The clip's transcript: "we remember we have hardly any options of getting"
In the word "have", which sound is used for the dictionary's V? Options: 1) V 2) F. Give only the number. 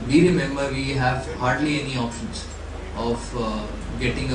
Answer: 1